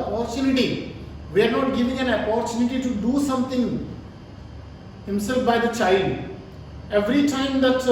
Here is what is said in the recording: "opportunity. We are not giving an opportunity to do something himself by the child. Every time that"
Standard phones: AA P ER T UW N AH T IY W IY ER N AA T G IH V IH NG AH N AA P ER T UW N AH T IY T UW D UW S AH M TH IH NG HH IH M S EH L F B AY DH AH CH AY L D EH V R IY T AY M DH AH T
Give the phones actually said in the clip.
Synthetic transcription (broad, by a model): P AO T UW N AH T IY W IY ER N AA T G IH V IH NG AH N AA P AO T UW N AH T IY T UW D UW S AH M T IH NG HH IH M S EH L F B AY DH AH CH AY L D EH V R IY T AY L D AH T